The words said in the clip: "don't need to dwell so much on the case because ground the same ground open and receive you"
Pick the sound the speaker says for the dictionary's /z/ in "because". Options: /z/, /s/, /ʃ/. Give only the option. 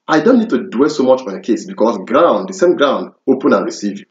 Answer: /s/